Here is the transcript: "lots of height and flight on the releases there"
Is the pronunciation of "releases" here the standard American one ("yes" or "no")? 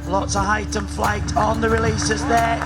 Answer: yes